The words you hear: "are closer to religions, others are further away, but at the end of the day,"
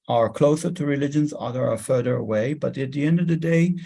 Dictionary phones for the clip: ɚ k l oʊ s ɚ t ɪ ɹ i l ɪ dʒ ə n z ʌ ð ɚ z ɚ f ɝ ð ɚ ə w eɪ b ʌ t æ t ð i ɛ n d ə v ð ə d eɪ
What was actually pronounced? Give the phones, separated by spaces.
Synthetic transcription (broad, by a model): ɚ k l oʊ s ɚ t ɪ ɹ i l ɪ dʒ ə n z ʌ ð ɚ ɚ f ɝ ð ɚ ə w eɪ b ʌ t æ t ð i ɛ n d ə v ð ə d eɪ